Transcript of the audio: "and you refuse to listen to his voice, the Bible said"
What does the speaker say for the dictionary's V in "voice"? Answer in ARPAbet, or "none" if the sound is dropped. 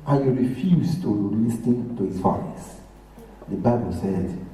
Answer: F